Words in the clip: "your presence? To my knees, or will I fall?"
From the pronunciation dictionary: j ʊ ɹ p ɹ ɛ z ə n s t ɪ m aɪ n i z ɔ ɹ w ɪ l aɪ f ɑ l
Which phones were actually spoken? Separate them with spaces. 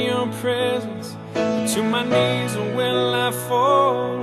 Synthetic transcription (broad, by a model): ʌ p ɹ ɛ z ə n s t ɪ m aɪ n i z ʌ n w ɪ l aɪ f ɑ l